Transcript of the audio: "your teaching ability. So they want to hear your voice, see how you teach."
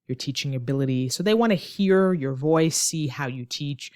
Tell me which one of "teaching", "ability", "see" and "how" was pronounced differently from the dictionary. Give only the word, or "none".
none